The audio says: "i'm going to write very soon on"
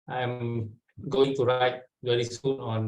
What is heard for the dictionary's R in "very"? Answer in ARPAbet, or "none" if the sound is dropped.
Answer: L